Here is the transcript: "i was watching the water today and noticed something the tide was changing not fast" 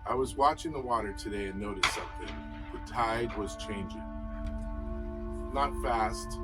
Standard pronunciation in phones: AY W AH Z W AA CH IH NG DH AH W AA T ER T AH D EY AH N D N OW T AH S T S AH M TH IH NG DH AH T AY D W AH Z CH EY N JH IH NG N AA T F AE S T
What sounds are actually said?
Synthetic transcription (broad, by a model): AY W AH Z W AA CH IH NG DH AH W AA T ER T AH D EY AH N N OW T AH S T S AH M TH IH NG DH AH T AY D W AH Z CH EY N JH IH NG N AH T F AE S T